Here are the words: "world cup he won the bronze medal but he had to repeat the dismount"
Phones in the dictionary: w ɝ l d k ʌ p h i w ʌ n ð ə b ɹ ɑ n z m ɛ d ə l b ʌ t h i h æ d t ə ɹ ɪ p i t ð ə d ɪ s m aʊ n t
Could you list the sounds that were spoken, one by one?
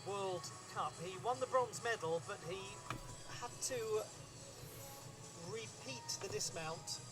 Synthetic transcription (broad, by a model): w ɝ l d k ʌ p h i w ʌ n ð ə b ɹ ɑ n z m ɛ d l b ʌ t h i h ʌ d t ə ɹ ɪ p i t ð ə d ɪ s m aʊ n t